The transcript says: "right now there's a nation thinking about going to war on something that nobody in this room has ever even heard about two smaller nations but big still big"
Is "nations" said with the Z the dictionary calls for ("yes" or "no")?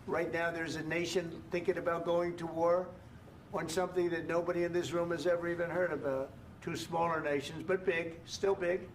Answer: yes